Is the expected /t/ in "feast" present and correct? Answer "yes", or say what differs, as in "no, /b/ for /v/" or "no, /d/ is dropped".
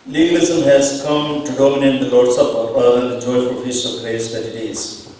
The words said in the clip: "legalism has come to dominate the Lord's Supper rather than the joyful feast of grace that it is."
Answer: no, /t/ is dropped